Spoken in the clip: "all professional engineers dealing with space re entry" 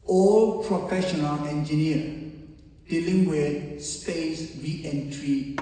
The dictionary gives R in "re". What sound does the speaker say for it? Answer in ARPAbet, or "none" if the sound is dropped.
W